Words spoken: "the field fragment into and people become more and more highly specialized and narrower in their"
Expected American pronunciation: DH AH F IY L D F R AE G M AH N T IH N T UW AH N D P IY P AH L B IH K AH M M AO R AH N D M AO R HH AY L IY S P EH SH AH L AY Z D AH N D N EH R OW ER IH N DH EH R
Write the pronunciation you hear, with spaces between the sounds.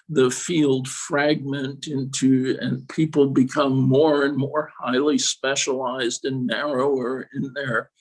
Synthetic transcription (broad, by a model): DH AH F IY L D F R AE G M AH N T IH N T UW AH N P IY P L B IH K AH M M AO R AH N M AO R HH AY L IY S P EH SH AH L AY Z D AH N N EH R OW ER IH N DH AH R